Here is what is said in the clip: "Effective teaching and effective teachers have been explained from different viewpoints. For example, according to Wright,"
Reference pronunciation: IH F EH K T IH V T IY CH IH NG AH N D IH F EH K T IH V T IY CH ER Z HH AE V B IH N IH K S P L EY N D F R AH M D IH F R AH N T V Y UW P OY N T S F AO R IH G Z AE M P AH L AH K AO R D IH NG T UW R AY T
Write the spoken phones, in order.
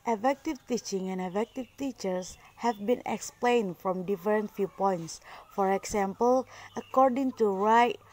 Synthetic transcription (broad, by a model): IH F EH K T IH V T IY CH IH NG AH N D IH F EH K T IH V T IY CH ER S HH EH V B IH N IH K S P L EY N D F R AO M D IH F R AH N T F Y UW P OY N T S F AO R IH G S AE M P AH L AH K AO R D IH NG T UW R AY T